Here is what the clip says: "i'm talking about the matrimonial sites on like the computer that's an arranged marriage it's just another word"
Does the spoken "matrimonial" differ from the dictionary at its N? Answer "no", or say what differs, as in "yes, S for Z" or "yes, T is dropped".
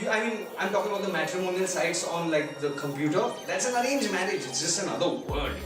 no